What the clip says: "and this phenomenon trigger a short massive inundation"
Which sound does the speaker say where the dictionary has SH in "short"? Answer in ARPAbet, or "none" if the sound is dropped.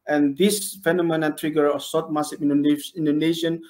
S